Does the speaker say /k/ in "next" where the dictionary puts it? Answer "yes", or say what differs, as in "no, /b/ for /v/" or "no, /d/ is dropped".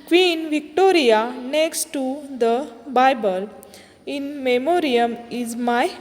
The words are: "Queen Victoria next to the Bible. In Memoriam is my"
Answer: yes